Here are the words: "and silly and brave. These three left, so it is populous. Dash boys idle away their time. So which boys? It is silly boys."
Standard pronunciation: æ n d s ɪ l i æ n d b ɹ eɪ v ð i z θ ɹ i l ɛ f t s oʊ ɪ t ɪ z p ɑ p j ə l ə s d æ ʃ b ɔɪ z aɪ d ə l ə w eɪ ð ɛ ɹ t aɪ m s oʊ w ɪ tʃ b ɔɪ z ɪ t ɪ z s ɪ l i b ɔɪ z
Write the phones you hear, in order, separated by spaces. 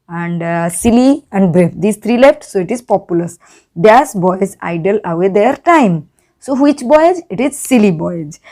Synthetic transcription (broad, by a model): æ n d s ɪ l i æ n d b ɹ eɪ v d i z t ɹ i l ɛ f t s oʊ ɪ t ɪ z p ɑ p j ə l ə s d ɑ s b ɔɪ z aɪ d ə l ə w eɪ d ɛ ɹ t aɪ m s oʊ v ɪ tʃ b ɔɪ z ɪ t ɪ z s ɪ l i b ɔɪ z